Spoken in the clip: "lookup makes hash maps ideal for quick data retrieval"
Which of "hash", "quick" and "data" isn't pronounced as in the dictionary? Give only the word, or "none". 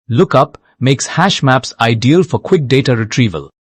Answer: none